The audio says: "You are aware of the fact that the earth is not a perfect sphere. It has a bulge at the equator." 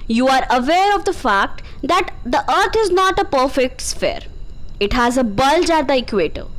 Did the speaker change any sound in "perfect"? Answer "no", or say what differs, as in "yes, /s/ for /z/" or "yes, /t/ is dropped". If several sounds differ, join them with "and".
no